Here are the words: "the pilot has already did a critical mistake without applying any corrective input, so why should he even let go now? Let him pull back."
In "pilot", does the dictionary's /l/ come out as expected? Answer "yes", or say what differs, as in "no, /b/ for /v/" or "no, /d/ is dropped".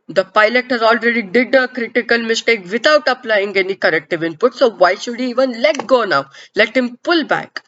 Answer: yes